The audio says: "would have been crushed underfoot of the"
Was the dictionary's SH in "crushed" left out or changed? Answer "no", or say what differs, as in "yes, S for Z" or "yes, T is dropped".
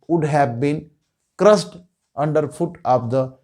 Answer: yes, S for SH